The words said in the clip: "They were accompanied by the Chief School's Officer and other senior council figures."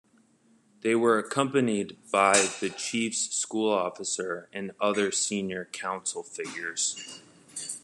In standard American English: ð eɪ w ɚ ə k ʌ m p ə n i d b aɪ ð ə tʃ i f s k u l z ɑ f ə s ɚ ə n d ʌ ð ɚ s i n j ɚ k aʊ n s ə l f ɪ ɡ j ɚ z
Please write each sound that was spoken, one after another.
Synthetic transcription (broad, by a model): ð eɪ w ɚ ə k ʌ m p ə n i d b aɪ ð ə tʃ i f s k u l ɑ f ə s ɚ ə n ʌ ð ɚ s i n j ɚ k aʊ n s l f ɪ ɡ j ɚ z